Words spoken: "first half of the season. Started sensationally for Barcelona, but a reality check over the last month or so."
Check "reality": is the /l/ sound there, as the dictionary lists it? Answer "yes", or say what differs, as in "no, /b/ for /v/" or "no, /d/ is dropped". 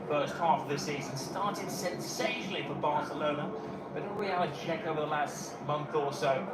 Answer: no, /l/ is dropped